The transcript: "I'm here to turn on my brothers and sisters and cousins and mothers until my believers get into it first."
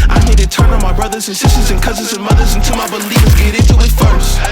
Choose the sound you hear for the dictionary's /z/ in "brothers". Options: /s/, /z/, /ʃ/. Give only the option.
/z/